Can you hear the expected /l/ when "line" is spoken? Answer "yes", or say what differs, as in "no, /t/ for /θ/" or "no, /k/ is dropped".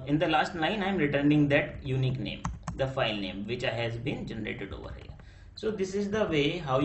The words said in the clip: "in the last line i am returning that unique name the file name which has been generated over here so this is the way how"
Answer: no, /n/ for /l/